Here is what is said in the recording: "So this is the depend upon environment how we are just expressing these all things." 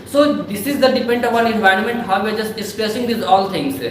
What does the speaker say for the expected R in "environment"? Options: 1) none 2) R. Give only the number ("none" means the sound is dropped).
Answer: 2